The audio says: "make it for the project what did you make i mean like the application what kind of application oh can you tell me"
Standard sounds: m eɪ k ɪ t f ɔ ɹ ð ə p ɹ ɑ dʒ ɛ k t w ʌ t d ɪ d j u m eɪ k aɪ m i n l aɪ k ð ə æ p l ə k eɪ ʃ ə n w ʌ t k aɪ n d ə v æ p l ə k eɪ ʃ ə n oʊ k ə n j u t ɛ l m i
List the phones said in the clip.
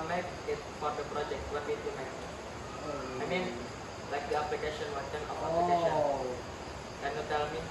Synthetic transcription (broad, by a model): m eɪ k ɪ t f ɔ ɹ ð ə p ɹ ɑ dʒ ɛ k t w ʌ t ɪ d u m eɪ aɪ m i n l aɪ k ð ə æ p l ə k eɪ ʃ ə n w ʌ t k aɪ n ə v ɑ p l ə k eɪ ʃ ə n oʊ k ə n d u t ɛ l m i